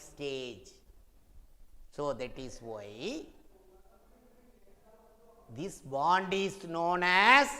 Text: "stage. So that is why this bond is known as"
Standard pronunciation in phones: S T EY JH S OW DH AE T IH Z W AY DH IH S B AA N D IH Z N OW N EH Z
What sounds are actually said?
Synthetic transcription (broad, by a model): S T EY JH S OW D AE T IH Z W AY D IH S B AA N D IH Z N OW N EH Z